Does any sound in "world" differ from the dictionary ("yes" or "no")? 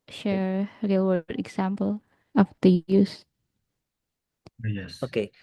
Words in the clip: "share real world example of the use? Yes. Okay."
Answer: yes